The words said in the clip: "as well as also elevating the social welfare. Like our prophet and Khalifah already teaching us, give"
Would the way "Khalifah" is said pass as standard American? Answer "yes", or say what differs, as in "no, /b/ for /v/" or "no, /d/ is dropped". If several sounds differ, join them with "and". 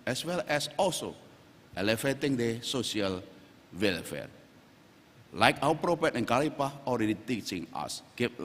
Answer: no, /p/ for /f/